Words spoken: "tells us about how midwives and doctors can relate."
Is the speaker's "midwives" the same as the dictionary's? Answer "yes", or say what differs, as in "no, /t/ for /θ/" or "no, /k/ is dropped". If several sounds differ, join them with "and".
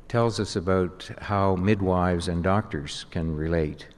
yes